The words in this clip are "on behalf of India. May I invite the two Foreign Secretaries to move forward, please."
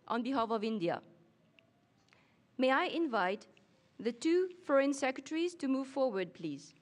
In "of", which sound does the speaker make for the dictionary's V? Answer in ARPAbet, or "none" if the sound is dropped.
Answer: V